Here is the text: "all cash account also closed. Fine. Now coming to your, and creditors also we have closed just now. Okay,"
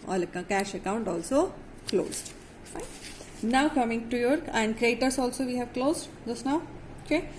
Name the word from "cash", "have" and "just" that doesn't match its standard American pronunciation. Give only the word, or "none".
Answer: none